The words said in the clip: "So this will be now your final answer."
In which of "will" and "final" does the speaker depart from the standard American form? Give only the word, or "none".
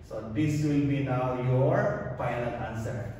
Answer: final